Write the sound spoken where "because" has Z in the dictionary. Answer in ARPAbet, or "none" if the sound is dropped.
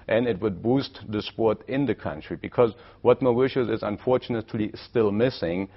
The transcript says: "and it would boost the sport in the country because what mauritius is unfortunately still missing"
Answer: Z